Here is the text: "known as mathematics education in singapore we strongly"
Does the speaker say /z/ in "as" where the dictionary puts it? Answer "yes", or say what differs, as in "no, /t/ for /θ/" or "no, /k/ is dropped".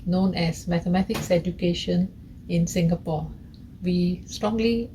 no, /s/ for /z/